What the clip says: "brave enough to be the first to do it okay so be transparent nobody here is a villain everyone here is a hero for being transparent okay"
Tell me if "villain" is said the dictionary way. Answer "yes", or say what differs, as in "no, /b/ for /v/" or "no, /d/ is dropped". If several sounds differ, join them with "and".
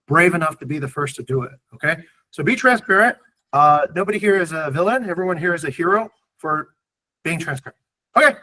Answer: yes